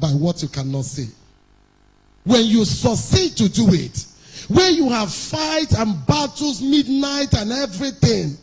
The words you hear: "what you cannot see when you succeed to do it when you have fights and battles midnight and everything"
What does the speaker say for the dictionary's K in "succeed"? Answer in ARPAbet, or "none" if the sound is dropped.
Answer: none